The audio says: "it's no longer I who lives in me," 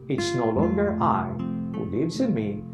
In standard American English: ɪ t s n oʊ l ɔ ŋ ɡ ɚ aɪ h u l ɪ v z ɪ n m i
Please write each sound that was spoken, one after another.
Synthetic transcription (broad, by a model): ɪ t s n oʊ l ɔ ŋ ɡ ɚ aɪ h u l ɪ v z ɪ n m i